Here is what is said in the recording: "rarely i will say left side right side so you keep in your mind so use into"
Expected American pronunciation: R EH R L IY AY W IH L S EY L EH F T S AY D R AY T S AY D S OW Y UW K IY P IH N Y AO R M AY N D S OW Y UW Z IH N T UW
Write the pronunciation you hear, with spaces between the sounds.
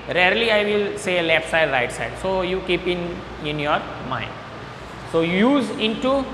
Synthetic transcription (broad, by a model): R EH R L IY AY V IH L S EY L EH P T S AY D R AY T S AY D S OW Y UW K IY P IH N Y AO R M AY N D S OW Y UW Z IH N T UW